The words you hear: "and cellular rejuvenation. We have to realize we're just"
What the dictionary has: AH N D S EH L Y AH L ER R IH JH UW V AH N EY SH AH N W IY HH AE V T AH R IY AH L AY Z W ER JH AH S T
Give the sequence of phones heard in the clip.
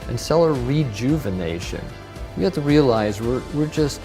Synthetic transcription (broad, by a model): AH N S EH L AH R R IH JH UW V AH N EY SH AH N W IY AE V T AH R IY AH L AY Z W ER JH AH S T